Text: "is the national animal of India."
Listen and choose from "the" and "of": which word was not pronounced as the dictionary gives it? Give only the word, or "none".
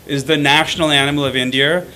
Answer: none